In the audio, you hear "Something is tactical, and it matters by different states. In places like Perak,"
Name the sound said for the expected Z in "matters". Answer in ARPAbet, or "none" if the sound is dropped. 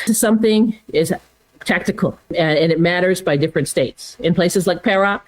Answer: Z